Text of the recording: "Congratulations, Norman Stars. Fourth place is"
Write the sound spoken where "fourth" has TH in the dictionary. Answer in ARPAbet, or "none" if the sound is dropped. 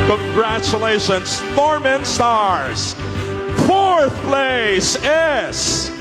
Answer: TH